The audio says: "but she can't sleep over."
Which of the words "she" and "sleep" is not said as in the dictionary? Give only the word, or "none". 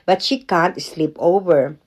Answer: none